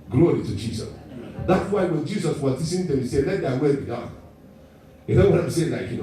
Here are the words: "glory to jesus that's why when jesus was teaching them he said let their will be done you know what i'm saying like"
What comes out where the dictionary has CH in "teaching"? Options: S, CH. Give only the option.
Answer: S